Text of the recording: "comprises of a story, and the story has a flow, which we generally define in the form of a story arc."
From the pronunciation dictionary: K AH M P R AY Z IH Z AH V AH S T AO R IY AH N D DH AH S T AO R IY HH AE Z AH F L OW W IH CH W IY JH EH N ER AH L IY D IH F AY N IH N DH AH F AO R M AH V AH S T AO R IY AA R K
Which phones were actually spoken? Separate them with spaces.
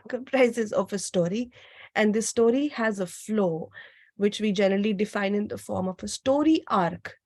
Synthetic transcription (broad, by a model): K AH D P R AY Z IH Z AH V AH S T AO R IY AH N D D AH S T AO R IY HH AE Z AH F L OW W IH CH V IY JH EH N ER AH L IY D IH F AY N IH N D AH F AO R M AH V AH S T AO R IY AA R K